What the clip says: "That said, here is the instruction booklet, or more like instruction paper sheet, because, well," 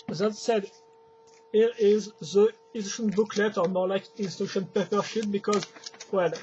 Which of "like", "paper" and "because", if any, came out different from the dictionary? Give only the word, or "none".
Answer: none